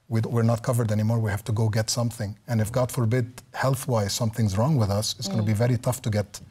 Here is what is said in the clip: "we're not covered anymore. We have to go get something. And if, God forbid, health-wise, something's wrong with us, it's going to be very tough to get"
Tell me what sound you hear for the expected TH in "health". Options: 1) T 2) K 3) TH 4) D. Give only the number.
3